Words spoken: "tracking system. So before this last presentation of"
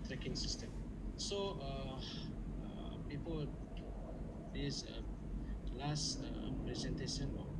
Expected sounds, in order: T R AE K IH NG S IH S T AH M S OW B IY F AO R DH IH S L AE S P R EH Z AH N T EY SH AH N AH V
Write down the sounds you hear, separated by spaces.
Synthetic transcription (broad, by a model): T R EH K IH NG S IH S T AH M S OW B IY P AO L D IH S L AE S P R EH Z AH N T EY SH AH N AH